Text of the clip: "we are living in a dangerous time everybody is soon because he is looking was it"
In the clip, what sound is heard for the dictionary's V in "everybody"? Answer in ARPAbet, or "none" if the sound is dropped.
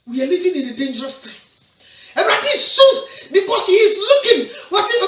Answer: B